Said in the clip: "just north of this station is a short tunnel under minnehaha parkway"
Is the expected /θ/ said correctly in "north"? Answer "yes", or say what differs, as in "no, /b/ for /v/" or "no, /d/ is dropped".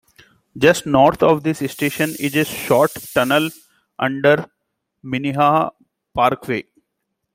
no, /t/ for /θ/